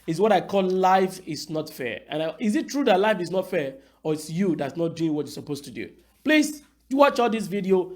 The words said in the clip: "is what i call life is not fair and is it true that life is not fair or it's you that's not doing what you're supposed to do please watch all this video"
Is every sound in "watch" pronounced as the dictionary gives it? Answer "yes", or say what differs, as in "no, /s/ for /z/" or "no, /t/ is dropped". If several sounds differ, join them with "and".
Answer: yes